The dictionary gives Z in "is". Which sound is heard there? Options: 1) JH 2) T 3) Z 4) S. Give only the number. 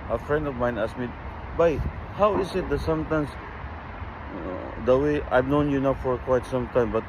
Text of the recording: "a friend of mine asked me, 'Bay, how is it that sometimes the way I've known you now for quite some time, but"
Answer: 4